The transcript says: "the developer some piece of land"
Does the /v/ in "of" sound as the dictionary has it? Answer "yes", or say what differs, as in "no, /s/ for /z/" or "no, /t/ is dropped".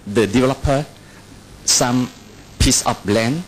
no, /b/ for /v/